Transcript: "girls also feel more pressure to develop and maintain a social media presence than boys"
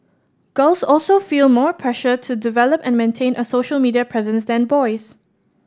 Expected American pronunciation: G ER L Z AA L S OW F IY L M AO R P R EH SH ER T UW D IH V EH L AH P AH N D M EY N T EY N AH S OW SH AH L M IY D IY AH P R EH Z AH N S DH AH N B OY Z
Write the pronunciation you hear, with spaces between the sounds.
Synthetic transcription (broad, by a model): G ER L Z AA L S OW F IY L M AO R P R EH SH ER T UW D IH V EH L AH P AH N M EY N T EY N AH S OW SH AH L M IY D IY AH P R EH Z AH N S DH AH N B OY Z